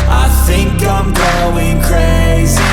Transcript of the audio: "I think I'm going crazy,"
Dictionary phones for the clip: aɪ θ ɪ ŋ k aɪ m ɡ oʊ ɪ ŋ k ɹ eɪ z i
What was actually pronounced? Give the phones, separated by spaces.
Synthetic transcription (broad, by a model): aɪ θ ɪ ŋ k aɪ m ɡ oʊ ɪ ŋ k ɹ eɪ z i